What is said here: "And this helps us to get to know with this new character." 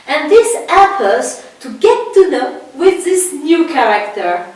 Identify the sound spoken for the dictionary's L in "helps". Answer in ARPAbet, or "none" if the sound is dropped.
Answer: none